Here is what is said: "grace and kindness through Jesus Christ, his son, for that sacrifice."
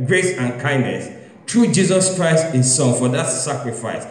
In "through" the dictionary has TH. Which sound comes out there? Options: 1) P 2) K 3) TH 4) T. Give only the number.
4